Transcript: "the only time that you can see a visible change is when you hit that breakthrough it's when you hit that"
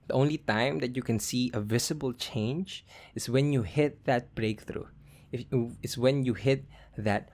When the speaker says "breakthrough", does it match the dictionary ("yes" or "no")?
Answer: yes